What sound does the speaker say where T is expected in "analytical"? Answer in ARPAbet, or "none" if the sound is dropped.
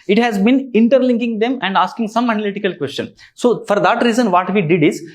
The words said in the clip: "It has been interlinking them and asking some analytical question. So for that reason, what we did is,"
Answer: T